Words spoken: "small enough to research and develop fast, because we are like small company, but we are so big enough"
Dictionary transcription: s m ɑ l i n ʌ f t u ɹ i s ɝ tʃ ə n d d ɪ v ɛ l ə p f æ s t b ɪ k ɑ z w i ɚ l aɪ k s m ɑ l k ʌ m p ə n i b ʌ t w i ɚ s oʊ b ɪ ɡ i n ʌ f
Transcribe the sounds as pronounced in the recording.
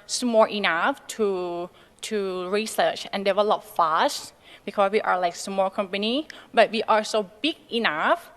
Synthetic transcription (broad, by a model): s m ɑ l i n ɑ f t u ɹ i s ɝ tʃ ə n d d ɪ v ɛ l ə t f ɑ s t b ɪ k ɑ s w i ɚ l aɪ k s m ɑ l k ʌ m p ə n i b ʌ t w i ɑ s oʊ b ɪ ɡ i n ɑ f